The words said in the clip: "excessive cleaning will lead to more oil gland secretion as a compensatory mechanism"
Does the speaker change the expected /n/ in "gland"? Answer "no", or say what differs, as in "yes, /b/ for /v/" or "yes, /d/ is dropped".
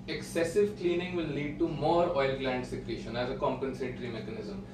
no